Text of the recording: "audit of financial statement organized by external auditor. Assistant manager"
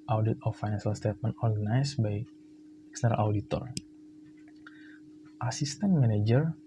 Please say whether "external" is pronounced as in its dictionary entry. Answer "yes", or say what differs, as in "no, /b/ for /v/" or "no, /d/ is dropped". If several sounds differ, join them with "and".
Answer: no, /n/ is dropped